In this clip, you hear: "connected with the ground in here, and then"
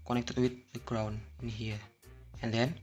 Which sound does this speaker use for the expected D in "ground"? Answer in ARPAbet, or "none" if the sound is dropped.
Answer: none